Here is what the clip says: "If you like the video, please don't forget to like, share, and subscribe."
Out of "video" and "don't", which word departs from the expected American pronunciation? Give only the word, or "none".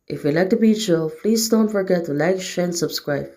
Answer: video